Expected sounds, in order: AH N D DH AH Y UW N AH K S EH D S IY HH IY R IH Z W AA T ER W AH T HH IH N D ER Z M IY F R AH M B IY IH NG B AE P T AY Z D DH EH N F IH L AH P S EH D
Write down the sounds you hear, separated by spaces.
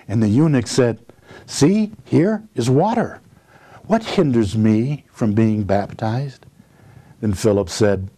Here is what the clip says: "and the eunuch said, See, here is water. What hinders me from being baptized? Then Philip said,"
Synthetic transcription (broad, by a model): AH N DH AH Y UW N AH K S EH D S IY HH IY R IH Z W AA T ER W AH T HH IH N D ER Z M IY F R AH M B IY IH NG B AE P T AY Z D DH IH N F IH L AH P S EH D